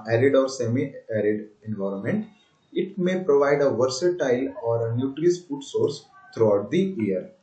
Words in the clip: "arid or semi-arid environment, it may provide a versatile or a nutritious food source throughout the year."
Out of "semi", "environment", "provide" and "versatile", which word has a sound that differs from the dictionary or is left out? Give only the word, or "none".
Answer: none